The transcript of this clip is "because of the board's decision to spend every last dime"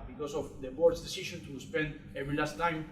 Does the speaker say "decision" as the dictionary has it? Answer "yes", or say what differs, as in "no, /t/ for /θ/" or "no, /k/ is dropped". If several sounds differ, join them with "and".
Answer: no, /ʃ/ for /ʒ/